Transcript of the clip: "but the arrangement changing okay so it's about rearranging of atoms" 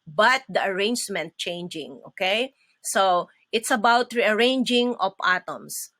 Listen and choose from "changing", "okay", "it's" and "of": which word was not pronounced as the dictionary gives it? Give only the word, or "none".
of